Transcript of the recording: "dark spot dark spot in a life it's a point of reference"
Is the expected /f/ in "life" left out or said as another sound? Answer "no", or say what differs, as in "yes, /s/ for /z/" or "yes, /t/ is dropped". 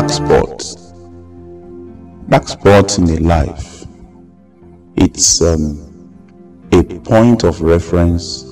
no